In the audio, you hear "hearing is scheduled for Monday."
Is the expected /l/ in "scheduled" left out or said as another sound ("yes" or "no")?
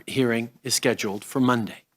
no